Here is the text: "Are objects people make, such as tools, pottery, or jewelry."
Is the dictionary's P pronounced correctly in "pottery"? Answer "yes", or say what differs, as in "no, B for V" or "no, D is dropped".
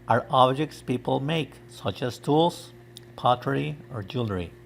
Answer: yes